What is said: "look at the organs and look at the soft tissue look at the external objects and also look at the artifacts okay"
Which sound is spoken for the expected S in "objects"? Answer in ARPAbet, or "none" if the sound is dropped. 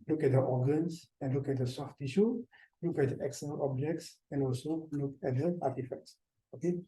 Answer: S